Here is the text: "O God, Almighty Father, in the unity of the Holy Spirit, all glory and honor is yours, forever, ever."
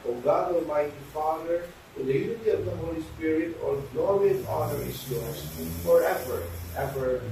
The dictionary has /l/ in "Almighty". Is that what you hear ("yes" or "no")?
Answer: no